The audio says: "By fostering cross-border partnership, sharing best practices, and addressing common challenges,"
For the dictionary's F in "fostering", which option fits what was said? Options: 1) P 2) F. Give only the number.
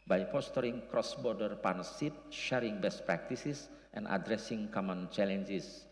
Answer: 1